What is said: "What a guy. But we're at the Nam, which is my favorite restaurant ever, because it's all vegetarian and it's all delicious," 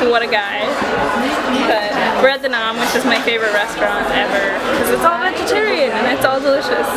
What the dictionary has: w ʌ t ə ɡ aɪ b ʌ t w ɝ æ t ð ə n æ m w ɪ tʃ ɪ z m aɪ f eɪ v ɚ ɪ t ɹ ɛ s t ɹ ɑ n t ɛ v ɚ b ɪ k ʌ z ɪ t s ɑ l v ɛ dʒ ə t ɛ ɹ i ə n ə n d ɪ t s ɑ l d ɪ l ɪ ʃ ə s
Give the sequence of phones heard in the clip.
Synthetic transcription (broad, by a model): w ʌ t ə ɡ aɪ b ʌ t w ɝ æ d ð ə n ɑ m w ɪ tʃ ɪ z m aɪ f eɪ v ɚ ɪ t ɹ ɛ s t ɹ ɑ n t ɛ v ɚ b k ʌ z ɪ t s ɑ l v ɛ dʒ ə t ɛ ɹ i ə n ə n ɪ t s ɑ l d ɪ l ɪ ʃ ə s